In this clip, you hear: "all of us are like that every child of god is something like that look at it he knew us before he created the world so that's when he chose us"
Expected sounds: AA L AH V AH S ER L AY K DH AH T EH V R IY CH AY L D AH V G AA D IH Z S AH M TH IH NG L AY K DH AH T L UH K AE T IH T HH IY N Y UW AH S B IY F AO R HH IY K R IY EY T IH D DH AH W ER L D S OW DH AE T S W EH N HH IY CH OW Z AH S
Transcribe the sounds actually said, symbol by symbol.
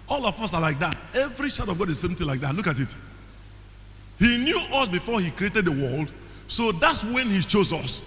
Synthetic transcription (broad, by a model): AA L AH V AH S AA L AY K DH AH T EH V R IY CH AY D AH V G AA D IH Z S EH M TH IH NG L AY K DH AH T L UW K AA T IH T HH IY N Y UW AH S B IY F AO HH IY K R IY EY T IH D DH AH W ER L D S OW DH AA T S W EH N HH IY CH OW Z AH S